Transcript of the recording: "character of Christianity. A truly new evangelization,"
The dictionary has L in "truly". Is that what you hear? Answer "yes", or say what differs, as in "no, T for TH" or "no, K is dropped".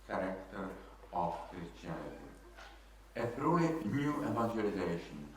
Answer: no, L is dropped